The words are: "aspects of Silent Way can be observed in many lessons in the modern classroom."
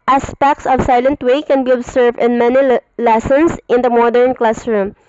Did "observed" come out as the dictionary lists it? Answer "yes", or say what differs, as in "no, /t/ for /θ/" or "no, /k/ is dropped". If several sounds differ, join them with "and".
no, /s/ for /z/